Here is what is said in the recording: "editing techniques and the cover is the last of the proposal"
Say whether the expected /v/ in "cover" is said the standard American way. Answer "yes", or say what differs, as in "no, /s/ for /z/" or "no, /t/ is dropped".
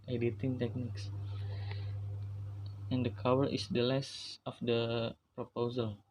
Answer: no, /w/ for /v/